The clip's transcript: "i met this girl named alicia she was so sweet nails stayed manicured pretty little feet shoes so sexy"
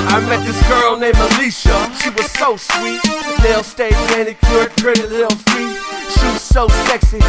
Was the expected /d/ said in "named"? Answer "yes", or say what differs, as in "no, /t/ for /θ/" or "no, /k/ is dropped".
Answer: no, /d/ is dropped